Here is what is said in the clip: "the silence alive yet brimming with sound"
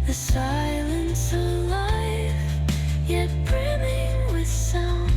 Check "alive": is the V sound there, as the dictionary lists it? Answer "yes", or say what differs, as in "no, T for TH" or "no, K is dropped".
no, F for V